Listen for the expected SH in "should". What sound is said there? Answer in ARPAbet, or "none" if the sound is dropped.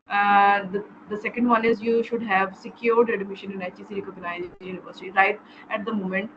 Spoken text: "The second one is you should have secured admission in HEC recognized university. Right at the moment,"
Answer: SH